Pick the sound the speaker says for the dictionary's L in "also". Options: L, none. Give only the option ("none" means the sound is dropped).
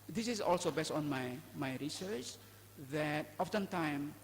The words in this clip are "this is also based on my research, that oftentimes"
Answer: L